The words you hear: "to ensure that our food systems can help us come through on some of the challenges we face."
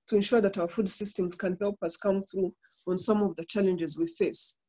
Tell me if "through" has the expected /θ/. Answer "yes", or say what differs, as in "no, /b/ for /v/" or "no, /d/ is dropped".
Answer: yes